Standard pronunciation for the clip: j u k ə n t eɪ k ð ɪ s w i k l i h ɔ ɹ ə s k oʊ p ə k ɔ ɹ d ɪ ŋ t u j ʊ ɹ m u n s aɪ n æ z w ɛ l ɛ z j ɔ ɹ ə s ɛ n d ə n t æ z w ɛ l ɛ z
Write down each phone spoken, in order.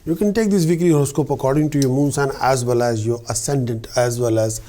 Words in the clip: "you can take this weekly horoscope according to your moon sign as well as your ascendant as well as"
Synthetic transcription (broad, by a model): j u k ə n t eɪ k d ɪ s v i k i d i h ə s k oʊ p ə k ɔ ɹ d ɪ ŋ t u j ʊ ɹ m u n s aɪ n æ z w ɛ l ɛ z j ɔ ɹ ə s ɛ n d ə n t æ z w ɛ l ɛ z